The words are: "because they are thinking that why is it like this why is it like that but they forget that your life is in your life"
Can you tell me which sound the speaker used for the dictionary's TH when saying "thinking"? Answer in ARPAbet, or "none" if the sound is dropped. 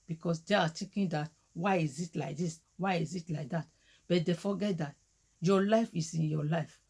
T